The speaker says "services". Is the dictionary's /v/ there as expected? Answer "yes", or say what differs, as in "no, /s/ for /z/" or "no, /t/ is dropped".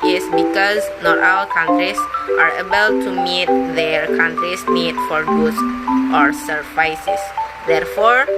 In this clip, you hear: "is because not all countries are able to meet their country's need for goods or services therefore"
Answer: no, /f/ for /v/